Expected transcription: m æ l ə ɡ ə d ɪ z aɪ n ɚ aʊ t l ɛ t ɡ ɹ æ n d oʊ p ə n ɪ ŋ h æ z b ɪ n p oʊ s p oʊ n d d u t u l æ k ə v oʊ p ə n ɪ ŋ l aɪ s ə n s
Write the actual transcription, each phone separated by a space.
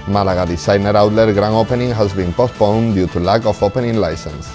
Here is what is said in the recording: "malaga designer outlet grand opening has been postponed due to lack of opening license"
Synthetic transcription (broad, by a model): m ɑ l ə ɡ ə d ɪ s aɪ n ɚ aʊ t l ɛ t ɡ ɹ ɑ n oʊ p ə n ɪ ŋ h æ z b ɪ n p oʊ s p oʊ n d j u t u l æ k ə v oʊ p ə n ɪ ŋ l aɪ s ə n s